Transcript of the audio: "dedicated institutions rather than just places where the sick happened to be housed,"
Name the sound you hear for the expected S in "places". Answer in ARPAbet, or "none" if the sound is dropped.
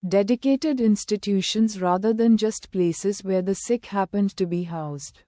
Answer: S